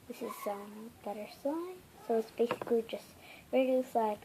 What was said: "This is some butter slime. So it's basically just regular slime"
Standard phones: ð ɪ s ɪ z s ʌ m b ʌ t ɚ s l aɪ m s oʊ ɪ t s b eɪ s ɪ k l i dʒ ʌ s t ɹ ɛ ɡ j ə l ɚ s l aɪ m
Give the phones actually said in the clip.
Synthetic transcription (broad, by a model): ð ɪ s ɪ z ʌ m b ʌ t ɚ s aɪ s oʊ ɪ t s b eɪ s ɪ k i dʒ ʌ s t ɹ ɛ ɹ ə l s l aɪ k